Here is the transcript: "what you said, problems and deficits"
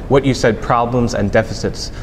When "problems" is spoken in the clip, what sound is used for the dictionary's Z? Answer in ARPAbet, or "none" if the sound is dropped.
Z